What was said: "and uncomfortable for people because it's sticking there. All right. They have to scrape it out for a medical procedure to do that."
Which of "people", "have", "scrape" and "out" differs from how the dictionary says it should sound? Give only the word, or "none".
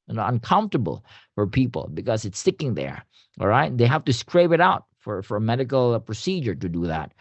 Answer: have